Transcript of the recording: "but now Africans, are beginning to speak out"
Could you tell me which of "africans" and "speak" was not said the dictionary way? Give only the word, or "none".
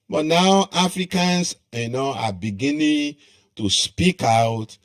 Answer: africans